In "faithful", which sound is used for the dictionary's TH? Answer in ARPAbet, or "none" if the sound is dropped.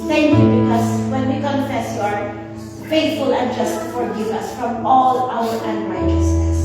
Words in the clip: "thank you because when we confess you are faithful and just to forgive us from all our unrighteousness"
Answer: T